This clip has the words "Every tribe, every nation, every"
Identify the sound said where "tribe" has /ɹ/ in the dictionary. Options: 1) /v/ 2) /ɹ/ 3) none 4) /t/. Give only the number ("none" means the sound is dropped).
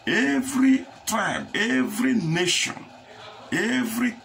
3